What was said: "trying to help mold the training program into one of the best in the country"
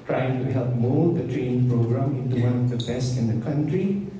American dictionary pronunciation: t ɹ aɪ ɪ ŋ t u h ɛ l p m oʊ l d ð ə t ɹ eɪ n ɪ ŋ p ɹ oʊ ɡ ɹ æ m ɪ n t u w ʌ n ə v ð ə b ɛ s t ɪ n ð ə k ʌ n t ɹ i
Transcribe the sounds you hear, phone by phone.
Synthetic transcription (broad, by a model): t ɹ aɪ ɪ ŋ t u h ɛ l p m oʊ d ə t ɹ eɪ n ɪ ŋ p ɹ oʊ ɡ ɹ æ m ɪ n t u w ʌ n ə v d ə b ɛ s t ɪ n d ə k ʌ n t ɹ i